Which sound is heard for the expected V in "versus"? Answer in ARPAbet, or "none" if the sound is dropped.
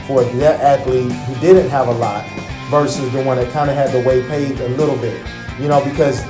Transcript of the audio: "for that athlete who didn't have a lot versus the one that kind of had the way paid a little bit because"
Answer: V